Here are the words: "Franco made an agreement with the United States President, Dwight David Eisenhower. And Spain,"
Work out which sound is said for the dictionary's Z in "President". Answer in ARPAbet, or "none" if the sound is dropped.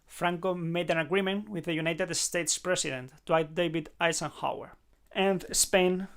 S